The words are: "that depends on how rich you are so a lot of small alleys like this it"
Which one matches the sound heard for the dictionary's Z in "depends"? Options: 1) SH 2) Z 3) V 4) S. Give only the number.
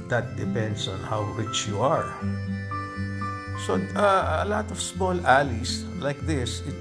4